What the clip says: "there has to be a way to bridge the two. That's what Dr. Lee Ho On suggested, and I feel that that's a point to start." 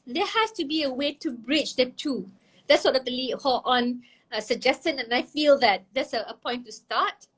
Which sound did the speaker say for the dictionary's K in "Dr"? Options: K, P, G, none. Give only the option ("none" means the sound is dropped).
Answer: none